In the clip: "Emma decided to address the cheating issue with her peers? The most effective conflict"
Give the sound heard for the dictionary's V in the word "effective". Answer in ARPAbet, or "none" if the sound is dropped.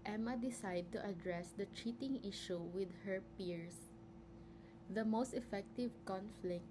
V